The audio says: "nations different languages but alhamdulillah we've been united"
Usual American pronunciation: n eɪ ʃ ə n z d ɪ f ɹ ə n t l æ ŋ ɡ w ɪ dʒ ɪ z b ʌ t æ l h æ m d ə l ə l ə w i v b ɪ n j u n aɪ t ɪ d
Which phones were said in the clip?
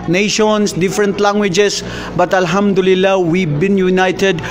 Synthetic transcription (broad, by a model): n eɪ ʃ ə n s d ɪ f ɹ ə n t l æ ŋ ɡ w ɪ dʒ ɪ s b ʌ t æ l h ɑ m d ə l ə l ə w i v b ɪ n j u n aɪ t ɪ d